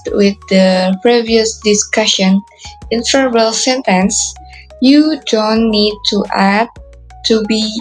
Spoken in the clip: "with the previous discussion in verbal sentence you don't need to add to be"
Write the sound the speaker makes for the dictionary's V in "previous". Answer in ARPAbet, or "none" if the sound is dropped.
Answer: V